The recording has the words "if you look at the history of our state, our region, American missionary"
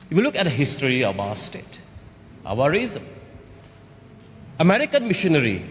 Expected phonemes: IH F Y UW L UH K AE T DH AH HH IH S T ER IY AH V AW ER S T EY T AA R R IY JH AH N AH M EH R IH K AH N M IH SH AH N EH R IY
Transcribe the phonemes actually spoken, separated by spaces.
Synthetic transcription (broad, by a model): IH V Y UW L UH K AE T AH HH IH S T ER IY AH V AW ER S T EY T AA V R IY Z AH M AH M EH R IH K AH N M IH SH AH N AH R IY